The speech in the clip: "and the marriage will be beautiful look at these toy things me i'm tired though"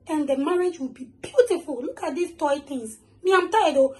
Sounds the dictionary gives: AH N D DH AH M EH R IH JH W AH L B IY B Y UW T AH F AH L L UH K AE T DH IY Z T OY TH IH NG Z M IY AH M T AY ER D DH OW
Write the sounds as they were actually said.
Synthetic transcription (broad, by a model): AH N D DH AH M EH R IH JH W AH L B IY B Y UW T AH F AH L L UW K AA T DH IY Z T OY T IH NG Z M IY AH M T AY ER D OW